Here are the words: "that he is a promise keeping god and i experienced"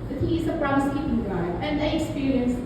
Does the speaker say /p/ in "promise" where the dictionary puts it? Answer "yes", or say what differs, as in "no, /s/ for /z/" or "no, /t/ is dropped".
no, /b/ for /p/